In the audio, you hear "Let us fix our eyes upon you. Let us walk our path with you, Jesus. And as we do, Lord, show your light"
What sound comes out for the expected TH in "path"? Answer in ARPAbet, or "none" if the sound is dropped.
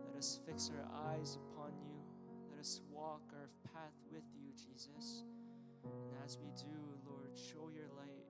TH